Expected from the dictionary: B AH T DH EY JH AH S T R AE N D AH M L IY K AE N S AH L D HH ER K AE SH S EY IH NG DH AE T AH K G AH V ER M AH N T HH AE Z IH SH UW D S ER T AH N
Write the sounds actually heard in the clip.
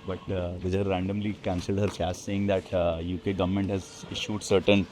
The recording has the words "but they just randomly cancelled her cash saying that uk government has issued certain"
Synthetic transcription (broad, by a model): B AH T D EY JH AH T R AE N D AH M L IY K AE N S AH L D HH ER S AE S S EY IH NG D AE T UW K G AH V ER M AH N T HH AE Z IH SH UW D S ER T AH N